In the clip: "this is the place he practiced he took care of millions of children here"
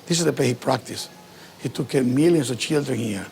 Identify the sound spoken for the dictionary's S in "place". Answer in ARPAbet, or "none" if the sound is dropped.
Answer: none